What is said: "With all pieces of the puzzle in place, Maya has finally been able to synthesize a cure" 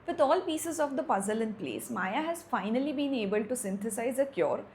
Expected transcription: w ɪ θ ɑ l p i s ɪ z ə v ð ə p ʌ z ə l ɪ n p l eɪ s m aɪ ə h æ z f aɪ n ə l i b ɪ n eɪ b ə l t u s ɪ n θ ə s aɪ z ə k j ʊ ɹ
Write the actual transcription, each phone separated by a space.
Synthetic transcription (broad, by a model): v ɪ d ɑ l p i s ɪ z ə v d ə p ʌ z ə l ɪ n p l eɪ s m aɪ ə h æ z f aɪ n ə l i b ɪ n eɪ b ə l t u s ɪ n t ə s aɪ z ə k j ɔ ɹ